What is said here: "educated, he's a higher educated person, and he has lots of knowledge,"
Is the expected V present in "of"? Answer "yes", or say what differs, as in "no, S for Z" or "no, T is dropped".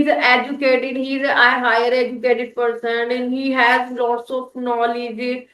no, P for V